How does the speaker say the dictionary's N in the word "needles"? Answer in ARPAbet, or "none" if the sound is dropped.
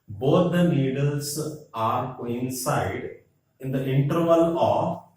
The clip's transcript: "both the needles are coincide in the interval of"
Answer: L